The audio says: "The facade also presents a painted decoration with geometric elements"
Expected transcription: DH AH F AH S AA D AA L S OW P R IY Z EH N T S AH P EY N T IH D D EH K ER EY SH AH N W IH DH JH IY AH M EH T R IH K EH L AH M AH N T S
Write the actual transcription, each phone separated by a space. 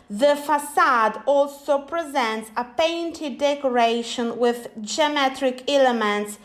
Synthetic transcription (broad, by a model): DH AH F AH S AA D AA L S OW P R IY Z EH N T S AH P EY N T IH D D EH K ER EY SH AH N W IH DH JH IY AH M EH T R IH K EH L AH M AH N T S